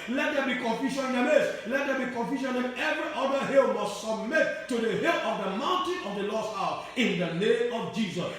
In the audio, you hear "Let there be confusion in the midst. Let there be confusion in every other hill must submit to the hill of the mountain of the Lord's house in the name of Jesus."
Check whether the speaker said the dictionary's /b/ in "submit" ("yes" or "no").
yes